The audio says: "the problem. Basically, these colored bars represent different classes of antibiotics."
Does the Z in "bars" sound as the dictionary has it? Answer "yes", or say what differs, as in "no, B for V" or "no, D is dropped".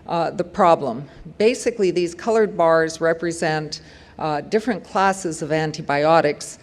yes